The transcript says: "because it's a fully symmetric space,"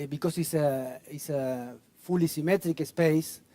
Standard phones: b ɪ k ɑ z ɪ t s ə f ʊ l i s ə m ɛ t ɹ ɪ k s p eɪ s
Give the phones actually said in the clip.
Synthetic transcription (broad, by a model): b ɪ k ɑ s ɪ s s ə f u l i s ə m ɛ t ɹ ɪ k s p eɪ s